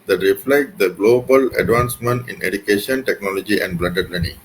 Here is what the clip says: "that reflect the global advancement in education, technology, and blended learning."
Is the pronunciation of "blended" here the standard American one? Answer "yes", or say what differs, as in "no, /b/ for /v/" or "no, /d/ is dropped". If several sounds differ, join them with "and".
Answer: no, /n/ is dropped